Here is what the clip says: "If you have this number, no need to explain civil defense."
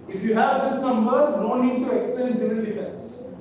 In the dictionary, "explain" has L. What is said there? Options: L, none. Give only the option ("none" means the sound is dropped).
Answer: none